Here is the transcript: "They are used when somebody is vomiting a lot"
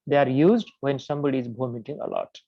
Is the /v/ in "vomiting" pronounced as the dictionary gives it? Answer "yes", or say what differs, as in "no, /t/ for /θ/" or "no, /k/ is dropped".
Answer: no, /b/ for /v/